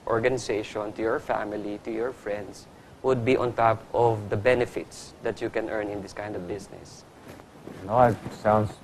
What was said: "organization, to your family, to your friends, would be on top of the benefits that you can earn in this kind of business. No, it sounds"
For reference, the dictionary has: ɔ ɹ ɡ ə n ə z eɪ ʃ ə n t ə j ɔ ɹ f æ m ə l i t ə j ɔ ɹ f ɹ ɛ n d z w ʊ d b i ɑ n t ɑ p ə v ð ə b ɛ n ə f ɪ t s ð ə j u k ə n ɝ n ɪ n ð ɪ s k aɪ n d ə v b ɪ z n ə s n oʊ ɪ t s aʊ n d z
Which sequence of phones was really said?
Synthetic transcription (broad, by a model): ɔ ɹ ɡ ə n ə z eɪ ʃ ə n t ə j ɔ ɹ f æ m ə l i t ə j ɔ ɹ f ɹ ɛ n d s w ʊ d b i ɑ n t ɑ p ə v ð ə b ɛ n ə f ɪ t s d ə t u k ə n ɝ n ɪ n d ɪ s k aɪ n d ə v b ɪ s n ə s n oʊ ɪ t s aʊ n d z